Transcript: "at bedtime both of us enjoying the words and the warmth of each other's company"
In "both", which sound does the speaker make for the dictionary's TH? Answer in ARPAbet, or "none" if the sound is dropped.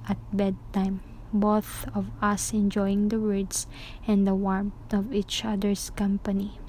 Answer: TH